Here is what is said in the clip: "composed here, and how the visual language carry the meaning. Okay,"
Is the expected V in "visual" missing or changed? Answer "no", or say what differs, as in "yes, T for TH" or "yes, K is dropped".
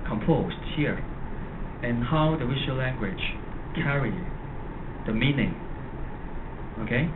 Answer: yes, W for V